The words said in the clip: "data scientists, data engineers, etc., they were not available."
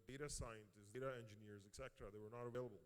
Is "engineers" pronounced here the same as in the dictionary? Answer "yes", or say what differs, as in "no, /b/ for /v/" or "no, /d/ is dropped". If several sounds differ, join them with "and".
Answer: yes